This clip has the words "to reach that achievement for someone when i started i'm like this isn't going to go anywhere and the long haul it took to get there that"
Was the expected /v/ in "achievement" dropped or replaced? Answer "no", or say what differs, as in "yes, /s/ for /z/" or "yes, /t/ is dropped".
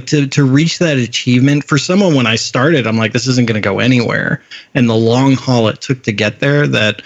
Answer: no